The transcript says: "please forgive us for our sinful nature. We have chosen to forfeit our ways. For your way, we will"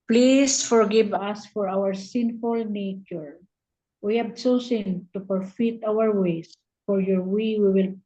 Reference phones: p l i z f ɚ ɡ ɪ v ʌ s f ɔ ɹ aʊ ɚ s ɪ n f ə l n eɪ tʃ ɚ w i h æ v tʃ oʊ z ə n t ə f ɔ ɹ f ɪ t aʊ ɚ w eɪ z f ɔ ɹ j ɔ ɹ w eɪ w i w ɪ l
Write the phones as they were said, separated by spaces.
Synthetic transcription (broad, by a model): p l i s f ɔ ɡ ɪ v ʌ s f ɔ ɹ aʊ ɚ s ɪ n f ə l n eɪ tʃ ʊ w i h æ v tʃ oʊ s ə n t ə p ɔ ɹ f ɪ t aʊ ɚ w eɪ s f ɔ ɹ j ɔ ɹ w eɪ w i w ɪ l